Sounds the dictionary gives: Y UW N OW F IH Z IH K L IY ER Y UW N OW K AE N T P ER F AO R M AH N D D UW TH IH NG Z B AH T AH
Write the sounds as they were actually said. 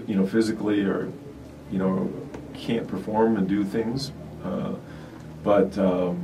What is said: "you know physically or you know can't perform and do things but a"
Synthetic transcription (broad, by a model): Y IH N OW F IH Z IH K L IY ER Y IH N OW K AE N P ER F AO R M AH N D D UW TH IH NG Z B AH T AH